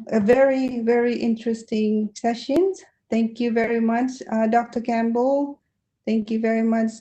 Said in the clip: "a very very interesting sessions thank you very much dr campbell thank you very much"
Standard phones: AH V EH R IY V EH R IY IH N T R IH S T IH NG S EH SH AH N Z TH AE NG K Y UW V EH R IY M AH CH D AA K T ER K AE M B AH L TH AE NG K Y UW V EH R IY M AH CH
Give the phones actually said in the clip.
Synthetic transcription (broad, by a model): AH V EH R IY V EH R IY IH N T R IH S T IH NG S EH SH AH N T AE NG K Y UW V EH R IY M AH CH D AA K T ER K AE M B AH L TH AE NG K Y UW V EH R IY M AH CH